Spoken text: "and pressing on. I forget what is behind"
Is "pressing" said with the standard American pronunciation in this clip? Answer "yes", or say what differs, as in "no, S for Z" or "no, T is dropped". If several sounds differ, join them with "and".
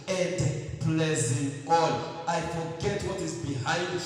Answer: no, L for R